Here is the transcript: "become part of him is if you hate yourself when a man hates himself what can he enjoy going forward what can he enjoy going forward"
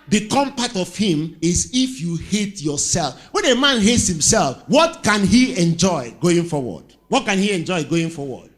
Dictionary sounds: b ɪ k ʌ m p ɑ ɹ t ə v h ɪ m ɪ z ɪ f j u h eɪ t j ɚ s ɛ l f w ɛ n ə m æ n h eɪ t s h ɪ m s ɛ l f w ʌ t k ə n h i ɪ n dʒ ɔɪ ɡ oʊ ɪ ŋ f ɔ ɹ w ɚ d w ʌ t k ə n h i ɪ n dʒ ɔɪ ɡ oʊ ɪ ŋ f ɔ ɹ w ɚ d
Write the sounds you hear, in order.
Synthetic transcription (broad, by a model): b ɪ k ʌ m p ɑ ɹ t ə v h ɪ m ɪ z ɪ f j u h eɪ t j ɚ s ɛ l f w ɛ n ə m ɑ n h eɪ t s h ɪ m s ɛ l f w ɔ t k ə n h i ɪ n dʒ ɔɪ ɡ oʊ ɪ ŋ f ɔ w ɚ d w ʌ t k ə n h i ɪ n dʒ ɔɪ ɡ oʊ ɪ ŋ f ɔ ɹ w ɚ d